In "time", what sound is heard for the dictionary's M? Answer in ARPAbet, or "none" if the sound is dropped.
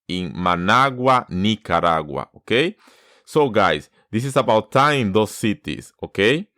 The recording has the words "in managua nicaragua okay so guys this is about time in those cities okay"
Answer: none